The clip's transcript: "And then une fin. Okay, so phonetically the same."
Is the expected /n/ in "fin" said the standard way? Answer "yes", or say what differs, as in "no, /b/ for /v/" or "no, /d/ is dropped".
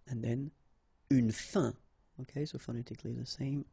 no, /n/ is dropped